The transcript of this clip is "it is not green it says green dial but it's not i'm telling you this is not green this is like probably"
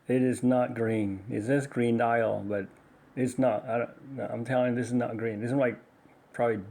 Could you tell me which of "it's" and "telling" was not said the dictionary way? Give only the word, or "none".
none